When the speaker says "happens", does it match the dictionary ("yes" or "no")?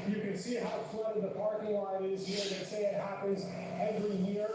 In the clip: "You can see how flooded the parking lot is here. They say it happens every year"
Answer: yes